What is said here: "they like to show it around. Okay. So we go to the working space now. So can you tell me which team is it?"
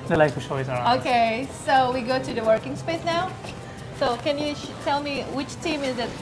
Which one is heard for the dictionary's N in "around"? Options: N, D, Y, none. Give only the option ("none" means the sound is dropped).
none